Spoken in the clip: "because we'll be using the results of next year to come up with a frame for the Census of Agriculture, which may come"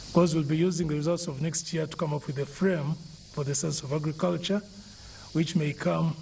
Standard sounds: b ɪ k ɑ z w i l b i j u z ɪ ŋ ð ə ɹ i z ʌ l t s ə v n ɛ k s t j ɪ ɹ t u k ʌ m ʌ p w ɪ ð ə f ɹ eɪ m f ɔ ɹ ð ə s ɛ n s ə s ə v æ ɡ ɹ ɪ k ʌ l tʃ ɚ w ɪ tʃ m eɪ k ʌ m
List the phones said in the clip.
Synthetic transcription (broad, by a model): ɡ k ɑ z w i l b i j u z ɪ ŋ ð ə ɹ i z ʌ l t s ə v n ɛ k s t j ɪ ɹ t u k ʌ m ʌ p w ɪ ð ə f ɹ eɪ m f ɔ ɹ ð ə s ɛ n s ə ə v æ ɡ ɹ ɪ k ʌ l tʃ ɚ w ɪ tʃ m eɪ k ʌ m